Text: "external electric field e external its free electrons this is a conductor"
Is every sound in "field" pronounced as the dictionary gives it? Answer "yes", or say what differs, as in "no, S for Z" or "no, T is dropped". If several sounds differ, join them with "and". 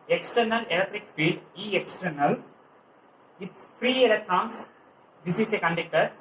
no, L is dropped